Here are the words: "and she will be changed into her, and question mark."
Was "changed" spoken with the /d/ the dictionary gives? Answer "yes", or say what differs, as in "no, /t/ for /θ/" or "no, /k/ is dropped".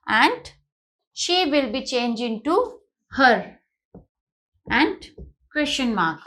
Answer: no, /d/ is dropped